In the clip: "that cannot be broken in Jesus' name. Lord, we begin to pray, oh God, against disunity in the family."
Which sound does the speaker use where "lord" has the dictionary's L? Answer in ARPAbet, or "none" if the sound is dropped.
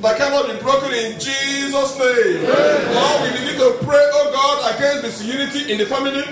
N